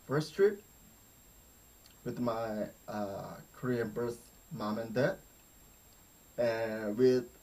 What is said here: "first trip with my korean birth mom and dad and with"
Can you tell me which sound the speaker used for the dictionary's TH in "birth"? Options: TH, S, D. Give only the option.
S